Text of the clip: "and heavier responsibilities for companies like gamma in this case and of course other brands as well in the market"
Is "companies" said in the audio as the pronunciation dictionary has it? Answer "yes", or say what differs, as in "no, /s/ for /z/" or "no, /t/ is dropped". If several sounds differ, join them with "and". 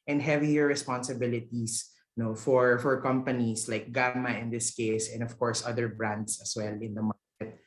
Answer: no, /s/ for /z/